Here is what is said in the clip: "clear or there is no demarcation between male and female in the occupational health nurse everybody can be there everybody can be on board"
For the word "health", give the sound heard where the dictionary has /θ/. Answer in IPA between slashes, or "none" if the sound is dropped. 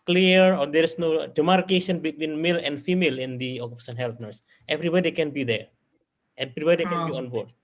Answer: /t/